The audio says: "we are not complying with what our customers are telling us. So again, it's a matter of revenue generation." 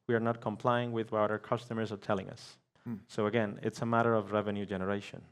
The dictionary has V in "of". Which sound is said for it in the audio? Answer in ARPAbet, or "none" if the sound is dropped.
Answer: V